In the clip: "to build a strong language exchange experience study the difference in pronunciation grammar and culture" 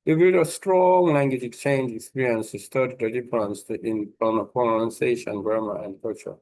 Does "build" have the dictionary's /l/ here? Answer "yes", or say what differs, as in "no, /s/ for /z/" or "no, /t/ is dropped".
no, /l/ is dropped